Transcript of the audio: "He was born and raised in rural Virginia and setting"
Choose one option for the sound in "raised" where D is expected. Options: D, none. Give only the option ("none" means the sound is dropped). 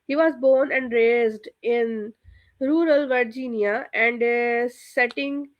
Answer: D